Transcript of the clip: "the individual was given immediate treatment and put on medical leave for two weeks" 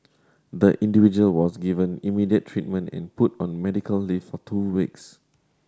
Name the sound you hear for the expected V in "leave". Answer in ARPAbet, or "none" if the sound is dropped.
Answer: F